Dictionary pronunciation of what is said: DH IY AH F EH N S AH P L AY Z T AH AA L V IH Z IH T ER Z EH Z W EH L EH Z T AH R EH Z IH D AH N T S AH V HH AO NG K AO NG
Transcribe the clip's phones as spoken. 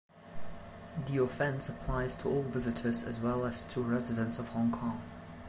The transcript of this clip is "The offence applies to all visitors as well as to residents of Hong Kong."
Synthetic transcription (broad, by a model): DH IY AH F EH N S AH P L AY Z T AH AA L V IH Z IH T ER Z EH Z W EH L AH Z T AH R EH Z IH D AH N T S AH V HH AO NG K AO NG